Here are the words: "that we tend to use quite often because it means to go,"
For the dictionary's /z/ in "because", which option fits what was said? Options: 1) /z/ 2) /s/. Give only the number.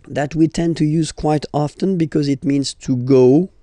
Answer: 1